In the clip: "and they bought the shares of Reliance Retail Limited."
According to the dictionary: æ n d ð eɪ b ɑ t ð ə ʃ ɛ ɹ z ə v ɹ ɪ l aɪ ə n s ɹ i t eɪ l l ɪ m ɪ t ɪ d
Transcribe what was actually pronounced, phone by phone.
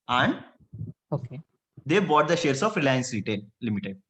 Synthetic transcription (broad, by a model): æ n d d eɪ b ɑ t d ə ʃ ɛ ɹ s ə f ɹ ɪ l aɪ ə n s ɹ i t eɪ l l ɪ m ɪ t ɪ d